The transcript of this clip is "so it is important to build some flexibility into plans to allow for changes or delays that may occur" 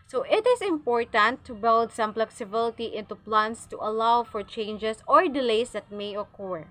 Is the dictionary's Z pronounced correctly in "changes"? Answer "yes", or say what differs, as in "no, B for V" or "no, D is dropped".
no, S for Z